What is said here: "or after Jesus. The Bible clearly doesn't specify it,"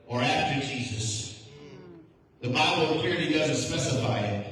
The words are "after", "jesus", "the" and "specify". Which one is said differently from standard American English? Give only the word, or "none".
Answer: none